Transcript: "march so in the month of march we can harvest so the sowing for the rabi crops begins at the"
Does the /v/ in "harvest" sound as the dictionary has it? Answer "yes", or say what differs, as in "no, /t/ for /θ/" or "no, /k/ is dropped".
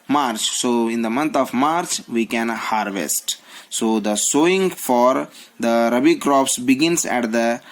yes